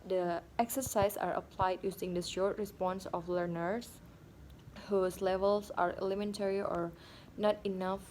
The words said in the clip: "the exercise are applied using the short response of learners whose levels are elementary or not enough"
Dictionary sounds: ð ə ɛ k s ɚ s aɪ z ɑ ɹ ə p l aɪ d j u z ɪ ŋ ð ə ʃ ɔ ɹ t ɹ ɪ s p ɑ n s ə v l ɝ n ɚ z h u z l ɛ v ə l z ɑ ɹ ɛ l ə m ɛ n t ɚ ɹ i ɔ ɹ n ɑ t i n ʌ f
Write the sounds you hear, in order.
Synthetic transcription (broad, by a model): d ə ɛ k s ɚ s aɪ s ɑ ɹ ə p l aɪ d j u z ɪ ŋ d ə ʃ ɔ ɹ t ɹ ɪ s p ɑ n s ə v l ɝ n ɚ s h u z l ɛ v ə l s ɑ ɹ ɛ l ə m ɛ n t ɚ ɹ i ɔ ɹ n ɑ t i n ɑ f